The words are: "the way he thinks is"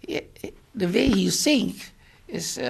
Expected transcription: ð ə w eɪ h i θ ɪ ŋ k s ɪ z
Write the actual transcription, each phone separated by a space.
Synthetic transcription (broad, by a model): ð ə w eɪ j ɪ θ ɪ ŋ k ɪ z